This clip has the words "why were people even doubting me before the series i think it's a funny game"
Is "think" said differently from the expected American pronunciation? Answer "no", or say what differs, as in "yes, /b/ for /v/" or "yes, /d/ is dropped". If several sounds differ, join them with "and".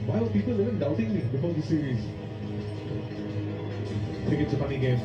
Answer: yes, /ŋ/ is dropped